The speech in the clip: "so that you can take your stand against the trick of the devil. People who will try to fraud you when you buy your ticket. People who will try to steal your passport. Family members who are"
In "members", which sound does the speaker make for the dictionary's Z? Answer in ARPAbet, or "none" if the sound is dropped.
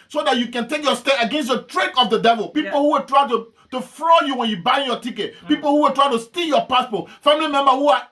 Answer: none